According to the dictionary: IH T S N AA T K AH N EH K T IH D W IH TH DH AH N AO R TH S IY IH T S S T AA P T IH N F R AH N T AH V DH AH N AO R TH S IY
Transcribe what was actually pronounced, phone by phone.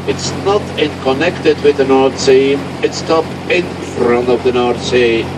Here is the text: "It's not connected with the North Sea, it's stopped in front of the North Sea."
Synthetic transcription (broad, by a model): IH T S N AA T K AH N EH K T IH D W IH DH AH N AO R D S IY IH T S S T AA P IH N F R AH N T AH V DH AH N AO R T S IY